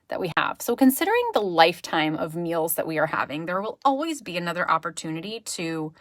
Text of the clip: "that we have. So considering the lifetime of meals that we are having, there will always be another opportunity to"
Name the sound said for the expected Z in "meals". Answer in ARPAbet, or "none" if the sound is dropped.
Z